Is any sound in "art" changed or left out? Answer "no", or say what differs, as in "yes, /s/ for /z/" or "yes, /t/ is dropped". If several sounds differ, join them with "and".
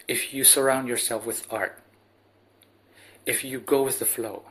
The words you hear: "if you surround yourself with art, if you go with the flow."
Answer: no